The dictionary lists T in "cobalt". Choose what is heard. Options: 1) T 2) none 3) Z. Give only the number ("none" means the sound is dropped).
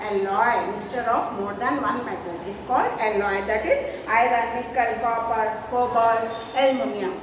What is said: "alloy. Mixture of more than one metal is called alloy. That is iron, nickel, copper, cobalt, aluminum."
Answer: 2